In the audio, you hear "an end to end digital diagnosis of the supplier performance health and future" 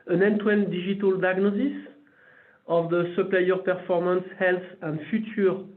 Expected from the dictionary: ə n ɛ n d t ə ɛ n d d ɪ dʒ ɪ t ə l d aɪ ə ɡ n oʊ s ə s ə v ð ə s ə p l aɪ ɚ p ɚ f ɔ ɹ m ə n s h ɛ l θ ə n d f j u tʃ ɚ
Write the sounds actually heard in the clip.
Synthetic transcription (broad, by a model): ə n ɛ n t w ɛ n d d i ʒ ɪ t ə l d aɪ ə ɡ n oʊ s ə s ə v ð ə s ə p l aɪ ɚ p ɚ f ɔ ɹ m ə n s h ɛ l θ ə n d f j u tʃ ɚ